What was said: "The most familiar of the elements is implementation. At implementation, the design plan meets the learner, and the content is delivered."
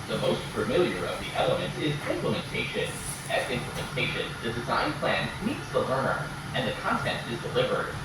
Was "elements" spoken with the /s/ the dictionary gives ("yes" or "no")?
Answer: no